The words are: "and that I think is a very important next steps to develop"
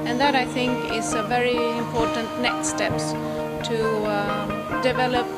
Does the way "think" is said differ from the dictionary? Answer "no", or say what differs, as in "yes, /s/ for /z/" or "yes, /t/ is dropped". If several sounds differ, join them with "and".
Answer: no